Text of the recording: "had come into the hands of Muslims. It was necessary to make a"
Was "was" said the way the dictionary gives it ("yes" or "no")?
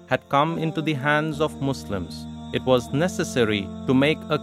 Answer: yes